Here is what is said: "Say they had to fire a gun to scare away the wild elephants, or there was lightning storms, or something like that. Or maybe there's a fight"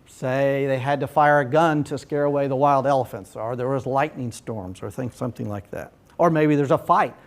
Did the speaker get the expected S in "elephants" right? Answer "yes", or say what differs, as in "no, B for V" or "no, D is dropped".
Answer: yes